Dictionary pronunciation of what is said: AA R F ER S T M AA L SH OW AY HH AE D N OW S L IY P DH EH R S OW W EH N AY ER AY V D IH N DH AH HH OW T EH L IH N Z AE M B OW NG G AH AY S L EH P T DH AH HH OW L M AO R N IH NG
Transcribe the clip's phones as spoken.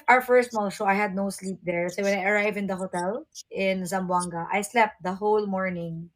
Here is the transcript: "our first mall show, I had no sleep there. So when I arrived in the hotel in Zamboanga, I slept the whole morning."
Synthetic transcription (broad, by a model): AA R F ER S T M AA L SH OW AY HH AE D N OW S L IY P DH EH R S OW W EH N AY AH AY V IH N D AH HH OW T EH L IH N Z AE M B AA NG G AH AY S L EH P T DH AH HH OW L M AO R N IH NG